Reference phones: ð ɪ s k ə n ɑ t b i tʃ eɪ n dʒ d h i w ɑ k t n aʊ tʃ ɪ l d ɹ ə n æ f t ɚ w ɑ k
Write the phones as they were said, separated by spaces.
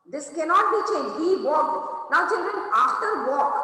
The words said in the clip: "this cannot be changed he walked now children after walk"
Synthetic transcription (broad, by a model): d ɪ s k ə n ɑ t b i tʃ eɪ n dʒ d h i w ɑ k n aʊ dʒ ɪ n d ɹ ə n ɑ f t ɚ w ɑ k